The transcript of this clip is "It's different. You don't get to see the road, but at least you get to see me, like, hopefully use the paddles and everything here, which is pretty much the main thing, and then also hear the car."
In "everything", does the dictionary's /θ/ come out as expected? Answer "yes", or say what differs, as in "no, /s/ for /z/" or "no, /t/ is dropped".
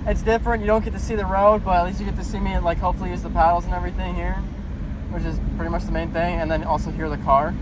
yes